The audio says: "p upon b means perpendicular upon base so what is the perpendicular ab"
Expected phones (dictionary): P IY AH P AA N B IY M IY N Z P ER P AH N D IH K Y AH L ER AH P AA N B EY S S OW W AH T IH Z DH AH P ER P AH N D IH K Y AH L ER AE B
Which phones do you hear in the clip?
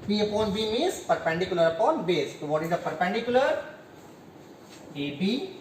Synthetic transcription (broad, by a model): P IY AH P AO N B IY M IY Z P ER P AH N D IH K Y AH L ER AH P AA N B EY S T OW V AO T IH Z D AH P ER P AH N D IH K Y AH L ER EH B